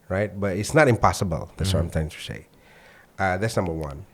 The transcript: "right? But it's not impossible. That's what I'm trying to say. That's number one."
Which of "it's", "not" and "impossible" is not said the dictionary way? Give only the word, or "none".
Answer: none